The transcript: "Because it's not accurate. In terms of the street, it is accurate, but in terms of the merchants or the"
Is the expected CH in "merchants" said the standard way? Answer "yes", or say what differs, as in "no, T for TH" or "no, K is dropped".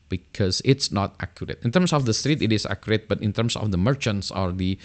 yes